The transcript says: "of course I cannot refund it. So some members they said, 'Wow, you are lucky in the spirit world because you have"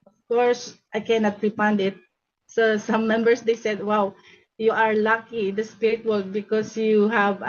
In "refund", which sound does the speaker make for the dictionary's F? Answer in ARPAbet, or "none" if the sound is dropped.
P